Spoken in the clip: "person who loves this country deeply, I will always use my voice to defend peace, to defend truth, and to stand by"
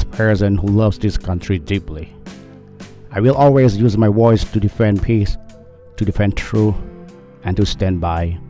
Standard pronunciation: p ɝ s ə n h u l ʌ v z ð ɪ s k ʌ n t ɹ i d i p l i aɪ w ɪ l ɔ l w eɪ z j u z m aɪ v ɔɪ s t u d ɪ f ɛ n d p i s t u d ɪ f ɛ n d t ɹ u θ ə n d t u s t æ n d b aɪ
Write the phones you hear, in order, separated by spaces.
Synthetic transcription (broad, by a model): p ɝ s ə n h u l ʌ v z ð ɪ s k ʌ n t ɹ i d i p l i aɪ w ɪ l ɔ l w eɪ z j u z m aɪ w ɔɪ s t u d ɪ f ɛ n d p i s t u d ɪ f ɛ n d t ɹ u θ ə n t u s t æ n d b aɪ